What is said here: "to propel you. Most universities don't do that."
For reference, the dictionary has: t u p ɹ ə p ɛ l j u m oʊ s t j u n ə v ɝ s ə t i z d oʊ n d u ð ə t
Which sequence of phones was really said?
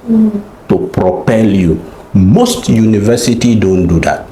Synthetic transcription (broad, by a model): t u p ɹ ə p ɛ l j u m oʊ s t j u n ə v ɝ s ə t i d oʊ n d u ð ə t